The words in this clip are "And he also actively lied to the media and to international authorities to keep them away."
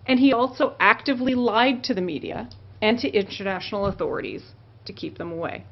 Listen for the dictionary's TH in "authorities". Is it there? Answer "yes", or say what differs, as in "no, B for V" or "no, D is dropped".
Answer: yes